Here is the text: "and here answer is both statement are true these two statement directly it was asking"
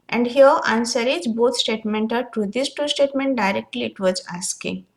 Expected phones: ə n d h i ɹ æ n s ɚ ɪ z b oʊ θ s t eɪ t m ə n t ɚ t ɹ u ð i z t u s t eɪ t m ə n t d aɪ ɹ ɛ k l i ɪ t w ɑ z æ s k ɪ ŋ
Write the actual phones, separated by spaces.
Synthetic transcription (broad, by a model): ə n d h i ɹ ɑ n s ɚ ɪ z b oʊ t s t eɪ t m ə n t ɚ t u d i s t u s t eɪ t m ə n t d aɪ ɹ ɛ k l i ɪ t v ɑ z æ s k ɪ ŋ